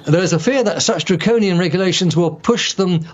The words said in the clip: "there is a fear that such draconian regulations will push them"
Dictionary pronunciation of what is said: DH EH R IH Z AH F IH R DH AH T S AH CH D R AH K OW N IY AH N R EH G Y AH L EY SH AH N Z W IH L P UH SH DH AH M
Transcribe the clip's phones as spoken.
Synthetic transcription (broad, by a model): DH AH R IH Z AH F IH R DH AH T S AH CH D R AH K OW N IY AH N R EH G Y AH L EY SH AH N Z W IH L P UH SH DH AH M